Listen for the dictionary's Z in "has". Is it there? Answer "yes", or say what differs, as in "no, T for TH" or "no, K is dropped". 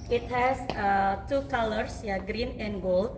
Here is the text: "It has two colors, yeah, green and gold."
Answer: no, S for Z